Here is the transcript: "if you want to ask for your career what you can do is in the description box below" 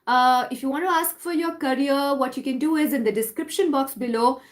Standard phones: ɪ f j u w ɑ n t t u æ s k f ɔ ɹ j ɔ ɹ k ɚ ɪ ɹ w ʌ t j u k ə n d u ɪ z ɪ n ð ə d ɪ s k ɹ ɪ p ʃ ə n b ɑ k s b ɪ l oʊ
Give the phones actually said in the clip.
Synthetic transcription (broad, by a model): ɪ f j u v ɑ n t t u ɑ s k f ɔ ɹ j ɔ ɹ k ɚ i ɹ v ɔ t j u k ə n d u ɪ z ɪ n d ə d ɪ s k ɹ ɪ p ʃ ə n b ɑ k s b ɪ l oʊ